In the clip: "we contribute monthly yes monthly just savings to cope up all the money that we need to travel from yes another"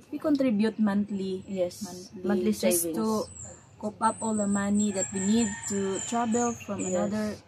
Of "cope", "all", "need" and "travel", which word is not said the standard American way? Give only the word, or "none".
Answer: travel